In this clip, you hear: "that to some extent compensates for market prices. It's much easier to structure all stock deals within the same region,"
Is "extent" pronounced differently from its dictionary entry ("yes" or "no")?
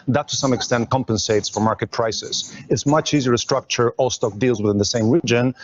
no